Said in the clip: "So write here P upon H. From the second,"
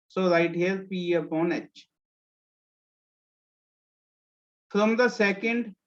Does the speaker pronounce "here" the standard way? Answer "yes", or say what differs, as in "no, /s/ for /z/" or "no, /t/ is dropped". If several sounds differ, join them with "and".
no, /l/ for /ɹ/